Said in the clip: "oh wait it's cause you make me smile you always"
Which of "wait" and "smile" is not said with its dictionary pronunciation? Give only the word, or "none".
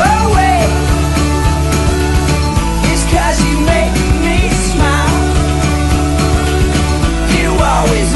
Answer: wait